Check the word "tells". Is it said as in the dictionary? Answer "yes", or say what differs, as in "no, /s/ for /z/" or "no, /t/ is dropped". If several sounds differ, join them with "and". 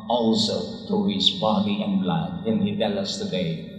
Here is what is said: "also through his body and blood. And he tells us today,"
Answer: no, /z/ is dropped